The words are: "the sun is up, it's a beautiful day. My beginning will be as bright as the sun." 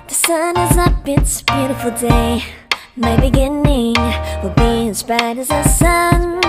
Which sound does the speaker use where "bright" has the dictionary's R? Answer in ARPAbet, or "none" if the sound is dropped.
none